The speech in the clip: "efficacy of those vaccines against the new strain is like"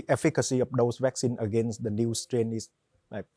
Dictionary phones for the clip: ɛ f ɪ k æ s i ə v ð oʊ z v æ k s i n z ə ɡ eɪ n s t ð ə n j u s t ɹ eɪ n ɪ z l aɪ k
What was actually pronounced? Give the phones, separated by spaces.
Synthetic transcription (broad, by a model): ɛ f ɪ k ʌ s i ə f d oʊ s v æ k s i n ə ɡ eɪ n s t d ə n j u s t ɹ eɪ n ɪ s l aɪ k